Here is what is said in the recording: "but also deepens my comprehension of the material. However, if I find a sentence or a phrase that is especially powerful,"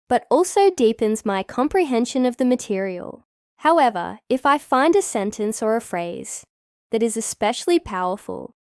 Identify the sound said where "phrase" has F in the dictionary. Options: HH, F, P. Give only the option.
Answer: F